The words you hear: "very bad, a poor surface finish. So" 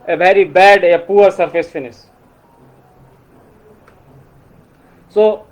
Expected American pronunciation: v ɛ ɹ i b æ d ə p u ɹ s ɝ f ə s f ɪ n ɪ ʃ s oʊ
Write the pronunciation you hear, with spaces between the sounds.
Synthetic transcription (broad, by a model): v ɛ ɹ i b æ d p u ɹ s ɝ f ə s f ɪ n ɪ s s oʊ